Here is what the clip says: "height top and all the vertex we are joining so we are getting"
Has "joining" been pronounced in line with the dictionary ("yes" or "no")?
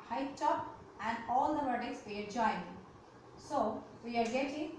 no